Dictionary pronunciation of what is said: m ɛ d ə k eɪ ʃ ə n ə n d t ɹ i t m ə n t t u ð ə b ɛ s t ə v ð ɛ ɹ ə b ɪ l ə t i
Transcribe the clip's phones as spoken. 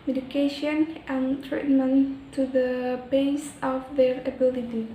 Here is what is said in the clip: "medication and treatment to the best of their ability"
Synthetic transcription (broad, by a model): m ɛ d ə k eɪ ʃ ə n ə n t ɹ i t m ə n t t u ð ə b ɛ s ə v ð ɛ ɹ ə b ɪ l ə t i